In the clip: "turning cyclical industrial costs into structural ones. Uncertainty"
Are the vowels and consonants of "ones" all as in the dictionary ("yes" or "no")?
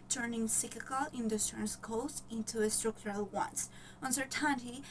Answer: no